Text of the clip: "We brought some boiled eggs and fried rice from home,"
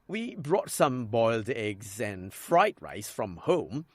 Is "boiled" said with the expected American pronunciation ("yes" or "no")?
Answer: yes